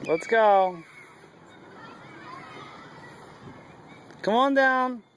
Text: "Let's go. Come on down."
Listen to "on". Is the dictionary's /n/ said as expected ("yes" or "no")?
yes